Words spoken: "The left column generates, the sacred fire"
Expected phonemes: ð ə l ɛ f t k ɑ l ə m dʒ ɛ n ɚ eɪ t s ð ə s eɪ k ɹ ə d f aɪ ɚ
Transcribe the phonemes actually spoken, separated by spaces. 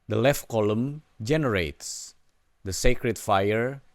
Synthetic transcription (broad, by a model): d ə l ɛ f t k ɑ l ə m dʒ ɛ n ɚ eɪ t s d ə s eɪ k ɹ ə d f aɪ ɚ